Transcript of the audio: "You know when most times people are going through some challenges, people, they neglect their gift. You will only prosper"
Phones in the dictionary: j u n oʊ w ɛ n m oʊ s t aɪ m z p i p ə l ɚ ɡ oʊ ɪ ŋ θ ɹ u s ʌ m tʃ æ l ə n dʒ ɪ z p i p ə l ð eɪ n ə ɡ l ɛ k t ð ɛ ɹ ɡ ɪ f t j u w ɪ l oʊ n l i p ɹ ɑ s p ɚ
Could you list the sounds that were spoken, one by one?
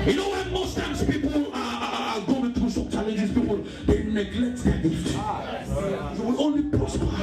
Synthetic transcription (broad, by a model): j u n oʊ w ɛ n m oʊ s t aɪ m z p i p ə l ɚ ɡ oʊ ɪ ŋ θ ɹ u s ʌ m tʃ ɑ l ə n dʒ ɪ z p i p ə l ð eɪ n ə ɡ l ɛ k t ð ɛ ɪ t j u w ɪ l oʊ n l i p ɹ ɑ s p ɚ